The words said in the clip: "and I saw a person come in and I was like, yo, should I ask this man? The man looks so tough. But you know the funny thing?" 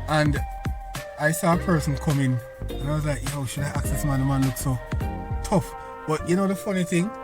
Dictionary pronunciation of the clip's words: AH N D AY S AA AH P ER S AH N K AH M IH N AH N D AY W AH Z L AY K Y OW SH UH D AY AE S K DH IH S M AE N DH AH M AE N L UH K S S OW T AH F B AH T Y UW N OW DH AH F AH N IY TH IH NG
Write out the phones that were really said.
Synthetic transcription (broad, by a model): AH N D AY S AA AH P ER S AH N K AH M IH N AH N AY W AH Z L AY K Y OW SH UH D AY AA K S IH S M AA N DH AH M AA N L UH K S S OW T AH F B AH T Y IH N OW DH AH F AH N IY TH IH NG